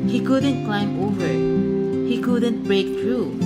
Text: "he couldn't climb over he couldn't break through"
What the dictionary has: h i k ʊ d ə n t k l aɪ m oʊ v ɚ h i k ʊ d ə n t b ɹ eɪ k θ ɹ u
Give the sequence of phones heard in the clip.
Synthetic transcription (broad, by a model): h i k ʊ d ə n t k l aɪ m oʊ v ɚ h i k ʊ d ə n t b ɹ eɪ k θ ɹ u